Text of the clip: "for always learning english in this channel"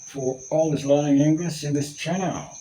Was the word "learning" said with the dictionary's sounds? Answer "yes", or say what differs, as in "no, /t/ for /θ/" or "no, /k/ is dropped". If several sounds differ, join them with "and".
no, /n/ is dropped